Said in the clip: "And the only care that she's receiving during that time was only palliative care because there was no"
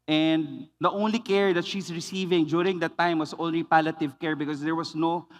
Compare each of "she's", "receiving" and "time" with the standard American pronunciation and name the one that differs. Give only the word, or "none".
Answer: she's